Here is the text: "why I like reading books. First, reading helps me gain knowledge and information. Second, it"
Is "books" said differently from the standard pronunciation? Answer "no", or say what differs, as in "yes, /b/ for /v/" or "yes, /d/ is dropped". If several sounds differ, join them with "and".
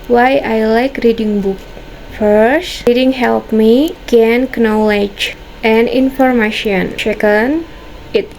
yes, /s/ is dropped